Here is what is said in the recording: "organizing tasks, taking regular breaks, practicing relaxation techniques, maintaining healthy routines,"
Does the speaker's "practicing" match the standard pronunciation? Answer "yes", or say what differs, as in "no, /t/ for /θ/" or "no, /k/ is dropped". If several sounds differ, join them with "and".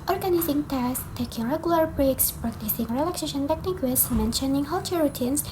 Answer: yes